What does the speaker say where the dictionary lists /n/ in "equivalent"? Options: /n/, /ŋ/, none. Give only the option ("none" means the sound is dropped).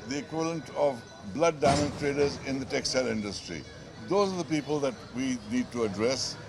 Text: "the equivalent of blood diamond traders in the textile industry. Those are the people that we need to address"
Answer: /n/